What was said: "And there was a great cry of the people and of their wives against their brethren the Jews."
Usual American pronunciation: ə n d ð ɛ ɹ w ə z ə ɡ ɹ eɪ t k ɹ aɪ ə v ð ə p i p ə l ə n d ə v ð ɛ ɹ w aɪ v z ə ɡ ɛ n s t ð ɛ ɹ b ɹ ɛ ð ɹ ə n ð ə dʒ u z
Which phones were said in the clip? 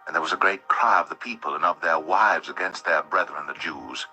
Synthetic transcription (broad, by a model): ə n ð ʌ ɹ w ə z ə ɡ ɹ eɪ t k ɹ aɪ ə v ð ə p i p ə l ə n ə v ð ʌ ɹ w aɪ v z ə ɡ ɛ n s t ð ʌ ɹ b ɹ ɛ ð ɹ ə n ð ə dʒ u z